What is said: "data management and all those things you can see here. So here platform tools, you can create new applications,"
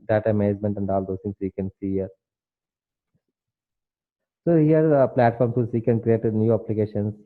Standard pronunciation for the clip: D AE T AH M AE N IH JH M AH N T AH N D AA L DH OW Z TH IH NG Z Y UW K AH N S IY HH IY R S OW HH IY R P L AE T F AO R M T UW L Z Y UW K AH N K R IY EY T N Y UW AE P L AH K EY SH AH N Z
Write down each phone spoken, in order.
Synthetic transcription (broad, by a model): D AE T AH M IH Z M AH N T AH N D AA L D OW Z T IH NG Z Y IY K AH N S IY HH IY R S OW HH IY R P L AE T F AO R M S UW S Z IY K AH N K R IY EY T N Y UW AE P L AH K EY SH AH N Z